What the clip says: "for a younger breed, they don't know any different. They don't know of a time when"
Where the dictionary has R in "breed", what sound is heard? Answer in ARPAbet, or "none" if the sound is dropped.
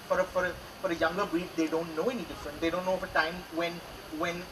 none